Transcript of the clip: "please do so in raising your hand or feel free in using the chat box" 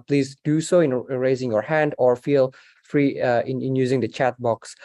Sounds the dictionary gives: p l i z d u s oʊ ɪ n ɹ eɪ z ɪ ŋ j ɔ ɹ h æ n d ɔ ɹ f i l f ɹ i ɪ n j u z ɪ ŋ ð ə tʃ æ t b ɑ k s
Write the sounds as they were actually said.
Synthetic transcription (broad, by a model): p l i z d u s oʊ ɪ n ɹ eɪ z ɪ ŋ j ɔ ɹ h æ n d ɔ ɹ f i l f ɹ i ɪ n j u z ɪ ŋ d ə tʃ æ t b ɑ k s